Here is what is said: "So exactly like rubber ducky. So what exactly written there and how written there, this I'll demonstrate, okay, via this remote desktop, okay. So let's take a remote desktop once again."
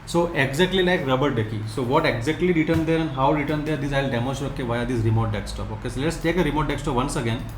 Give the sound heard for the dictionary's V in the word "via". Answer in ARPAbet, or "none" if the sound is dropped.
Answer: V